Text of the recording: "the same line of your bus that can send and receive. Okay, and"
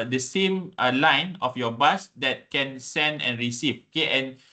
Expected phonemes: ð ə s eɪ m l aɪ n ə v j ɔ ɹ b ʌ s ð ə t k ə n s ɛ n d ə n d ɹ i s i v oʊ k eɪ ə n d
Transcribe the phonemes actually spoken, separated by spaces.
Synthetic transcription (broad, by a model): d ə s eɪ m l aɪ n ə f j ɔ b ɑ s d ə t k ə n s ɛ n d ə n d ɹ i s i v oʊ k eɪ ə n